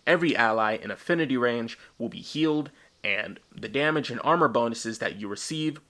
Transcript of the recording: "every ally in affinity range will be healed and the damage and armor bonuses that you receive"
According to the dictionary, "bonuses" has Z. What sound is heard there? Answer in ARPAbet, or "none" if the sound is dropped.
Z